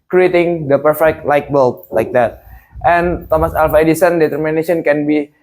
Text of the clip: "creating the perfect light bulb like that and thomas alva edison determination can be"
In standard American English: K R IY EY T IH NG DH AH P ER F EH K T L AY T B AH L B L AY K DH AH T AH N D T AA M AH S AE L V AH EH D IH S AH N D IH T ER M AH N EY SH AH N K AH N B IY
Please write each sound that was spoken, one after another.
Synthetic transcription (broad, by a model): K R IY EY T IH NG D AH P ER F EH K T L AY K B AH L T L AY K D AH T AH N T AA M AH S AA L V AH EH D IH S AH N D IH T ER M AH N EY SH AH N K AH N B IY